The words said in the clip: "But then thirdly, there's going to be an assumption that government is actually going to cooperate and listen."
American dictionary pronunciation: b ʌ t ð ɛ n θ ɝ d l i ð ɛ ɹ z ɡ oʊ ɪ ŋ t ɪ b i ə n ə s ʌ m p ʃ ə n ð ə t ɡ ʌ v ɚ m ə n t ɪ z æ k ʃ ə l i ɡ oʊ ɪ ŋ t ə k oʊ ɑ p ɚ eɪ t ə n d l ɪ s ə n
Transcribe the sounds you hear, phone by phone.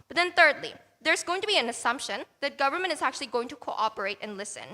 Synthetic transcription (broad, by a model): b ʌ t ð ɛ n θ ɝ d l i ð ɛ ɹ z ɡ oʊ ɪ ŋ t ɪ b i ə n ə s ʌ m p ʃ ə n ð ə t ɡ ʌ v ɚ m ə n t ɪ z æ k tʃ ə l i ɡ oʊ ɪ ŋ t ə k oʊ ɑ p ɚ eɪ t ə n l ɪ s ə n